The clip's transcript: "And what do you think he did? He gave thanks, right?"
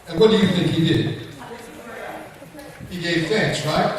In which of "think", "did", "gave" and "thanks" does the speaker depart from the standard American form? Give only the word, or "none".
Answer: thanks